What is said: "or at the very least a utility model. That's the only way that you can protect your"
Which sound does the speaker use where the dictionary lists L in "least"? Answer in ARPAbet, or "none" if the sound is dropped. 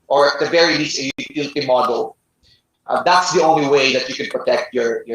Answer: N